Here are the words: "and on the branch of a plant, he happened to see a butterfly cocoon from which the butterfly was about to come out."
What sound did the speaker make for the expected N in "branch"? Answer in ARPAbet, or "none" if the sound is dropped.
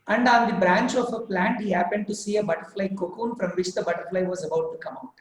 N